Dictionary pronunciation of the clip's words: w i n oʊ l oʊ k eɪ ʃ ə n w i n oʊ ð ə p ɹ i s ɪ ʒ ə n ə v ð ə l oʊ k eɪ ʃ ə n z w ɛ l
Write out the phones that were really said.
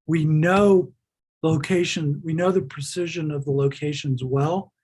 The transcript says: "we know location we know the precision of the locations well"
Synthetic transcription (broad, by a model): w i n oʊ l oʊ k eɪ ʃ ə n w i n oʊ ð ə p ɹ i s ɪ ʒ ə n ə v ð ə l oʊ k eɪ ʃ ə n z w ɛ l